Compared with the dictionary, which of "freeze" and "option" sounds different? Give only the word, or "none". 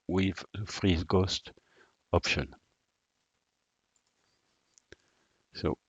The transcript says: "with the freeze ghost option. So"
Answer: none